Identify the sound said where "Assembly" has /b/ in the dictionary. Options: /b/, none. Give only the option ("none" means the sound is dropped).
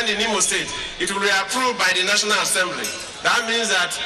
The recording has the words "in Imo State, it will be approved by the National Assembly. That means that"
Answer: /b/